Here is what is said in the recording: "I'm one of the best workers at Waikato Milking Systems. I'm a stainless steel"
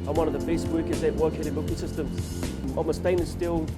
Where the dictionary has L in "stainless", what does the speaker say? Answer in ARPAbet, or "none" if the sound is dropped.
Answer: none